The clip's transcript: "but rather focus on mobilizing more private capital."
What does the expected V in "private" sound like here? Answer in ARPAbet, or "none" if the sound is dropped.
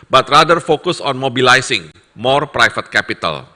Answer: F